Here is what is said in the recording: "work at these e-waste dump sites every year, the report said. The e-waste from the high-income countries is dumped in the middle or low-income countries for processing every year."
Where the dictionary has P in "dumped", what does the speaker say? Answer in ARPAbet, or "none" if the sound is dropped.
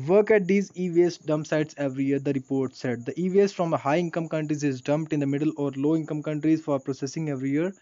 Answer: P